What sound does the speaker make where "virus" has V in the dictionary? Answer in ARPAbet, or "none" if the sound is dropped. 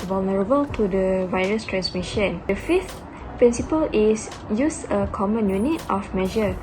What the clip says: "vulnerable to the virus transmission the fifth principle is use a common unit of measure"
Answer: V